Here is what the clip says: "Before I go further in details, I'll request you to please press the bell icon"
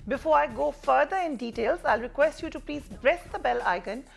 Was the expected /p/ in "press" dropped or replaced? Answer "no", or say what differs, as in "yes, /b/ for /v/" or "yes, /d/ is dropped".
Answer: yes, /b/ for /p/